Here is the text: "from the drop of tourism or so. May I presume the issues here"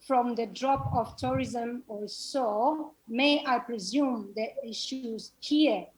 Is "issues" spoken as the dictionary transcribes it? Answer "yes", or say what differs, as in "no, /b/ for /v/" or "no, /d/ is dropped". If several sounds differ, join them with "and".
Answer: yes